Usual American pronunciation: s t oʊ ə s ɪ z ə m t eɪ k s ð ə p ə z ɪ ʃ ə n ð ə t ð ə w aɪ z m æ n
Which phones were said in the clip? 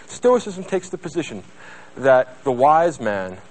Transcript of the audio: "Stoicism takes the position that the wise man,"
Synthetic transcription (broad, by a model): s t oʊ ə s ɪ z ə m t eɪ k s ð ə p ə z ɪ ʃ ə n ð ə t ð ə w aɪ z m æ n